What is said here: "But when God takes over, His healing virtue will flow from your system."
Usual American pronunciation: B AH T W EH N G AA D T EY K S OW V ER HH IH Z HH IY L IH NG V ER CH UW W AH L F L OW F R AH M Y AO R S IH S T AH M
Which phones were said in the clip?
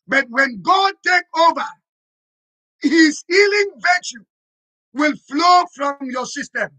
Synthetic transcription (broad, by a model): B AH T W EH N G AA D T EY K OW V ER HH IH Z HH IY L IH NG V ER CH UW W AH L F L OW F R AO M Y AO S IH S T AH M